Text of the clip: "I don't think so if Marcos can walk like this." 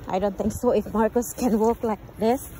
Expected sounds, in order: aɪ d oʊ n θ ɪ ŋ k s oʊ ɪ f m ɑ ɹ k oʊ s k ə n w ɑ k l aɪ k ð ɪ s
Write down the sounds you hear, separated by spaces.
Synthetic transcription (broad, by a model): aɪ d oʊ n t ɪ ŋ k s oʊ ɪ f m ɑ ɹ k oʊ s k ə n w ɑ k l aɪ k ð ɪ s